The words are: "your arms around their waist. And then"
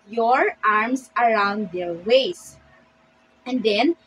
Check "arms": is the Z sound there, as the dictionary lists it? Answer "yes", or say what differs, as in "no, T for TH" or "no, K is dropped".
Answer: no, S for Z